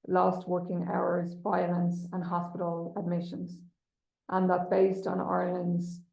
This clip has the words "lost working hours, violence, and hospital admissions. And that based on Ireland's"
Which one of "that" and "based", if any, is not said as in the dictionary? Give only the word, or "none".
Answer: none